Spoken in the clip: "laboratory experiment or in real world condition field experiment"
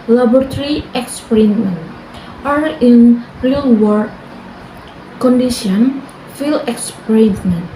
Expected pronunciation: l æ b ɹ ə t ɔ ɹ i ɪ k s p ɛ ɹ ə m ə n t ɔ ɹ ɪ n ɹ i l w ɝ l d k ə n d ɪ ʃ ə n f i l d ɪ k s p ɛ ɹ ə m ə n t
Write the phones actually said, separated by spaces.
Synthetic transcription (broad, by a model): l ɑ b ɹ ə t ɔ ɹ i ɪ k s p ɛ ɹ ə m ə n t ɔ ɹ ɪ n ɹ i l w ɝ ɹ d k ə n d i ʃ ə n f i l ɪ k s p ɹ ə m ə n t